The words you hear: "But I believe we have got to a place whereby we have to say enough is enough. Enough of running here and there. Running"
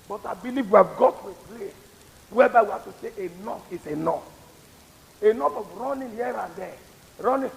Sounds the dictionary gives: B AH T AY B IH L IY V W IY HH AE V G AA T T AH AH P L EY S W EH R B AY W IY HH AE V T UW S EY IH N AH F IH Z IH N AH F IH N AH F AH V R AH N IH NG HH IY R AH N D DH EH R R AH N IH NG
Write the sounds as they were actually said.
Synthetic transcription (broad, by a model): B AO T AY B IH L IY V W IY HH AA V G AA T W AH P L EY W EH B AY W IY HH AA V T UW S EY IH N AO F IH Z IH N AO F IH N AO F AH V R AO N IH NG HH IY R AH N D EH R R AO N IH